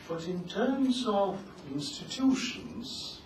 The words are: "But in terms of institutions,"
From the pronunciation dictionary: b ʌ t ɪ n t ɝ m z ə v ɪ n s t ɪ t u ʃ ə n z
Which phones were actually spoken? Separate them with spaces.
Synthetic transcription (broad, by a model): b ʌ t ɪ n t ɝ m z ə v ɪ n s t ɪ t u ʃ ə n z